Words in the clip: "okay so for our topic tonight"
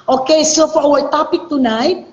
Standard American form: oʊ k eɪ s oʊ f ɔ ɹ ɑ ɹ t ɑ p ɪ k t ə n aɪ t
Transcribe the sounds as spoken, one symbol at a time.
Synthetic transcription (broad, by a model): oʊ k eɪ s oʊ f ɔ w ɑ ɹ t ɑ p ɪ k t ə n aɪ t